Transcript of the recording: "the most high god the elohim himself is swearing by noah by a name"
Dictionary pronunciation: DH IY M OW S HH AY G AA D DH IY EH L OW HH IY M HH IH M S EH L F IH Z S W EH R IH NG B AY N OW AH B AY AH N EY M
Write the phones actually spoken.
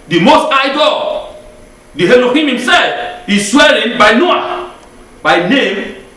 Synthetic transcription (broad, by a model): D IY M OW S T AY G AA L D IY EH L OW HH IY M HH IH M S EH L F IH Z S W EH L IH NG B AY N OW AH B AY N EY M